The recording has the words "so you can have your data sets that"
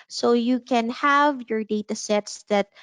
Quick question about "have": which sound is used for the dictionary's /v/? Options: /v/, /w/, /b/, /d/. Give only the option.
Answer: /v/